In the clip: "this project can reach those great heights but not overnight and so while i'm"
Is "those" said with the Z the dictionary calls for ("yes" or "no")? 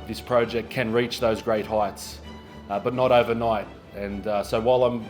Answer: yes